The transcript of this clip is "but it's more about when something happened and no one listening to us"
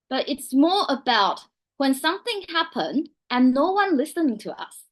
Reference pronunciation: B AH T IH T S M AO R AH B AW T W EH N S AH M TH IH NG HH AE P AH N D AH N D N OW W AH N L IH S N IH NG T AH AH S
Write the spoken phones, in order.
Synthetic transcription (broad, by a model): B AH T IH T S M AO R AH B AW T W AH N S AH M TH IH NG HH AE P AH N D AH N N OW W AH N L IH S IH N T AH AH S